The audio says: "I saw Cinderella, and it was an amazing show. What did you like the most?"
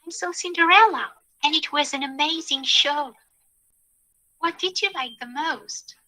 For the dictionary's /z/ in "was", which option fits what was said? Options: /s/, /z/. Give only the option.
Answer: /z/